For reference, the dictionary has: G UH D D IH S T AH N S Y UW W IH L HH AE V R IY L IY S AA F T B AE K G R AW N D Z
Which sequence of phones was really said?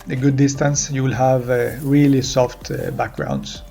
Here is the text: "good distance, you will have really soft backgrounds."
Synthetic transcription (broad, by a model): G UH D D IH S T AH N S Y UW W IH L HH AE V R IY L IY S AA F T B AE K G R AW N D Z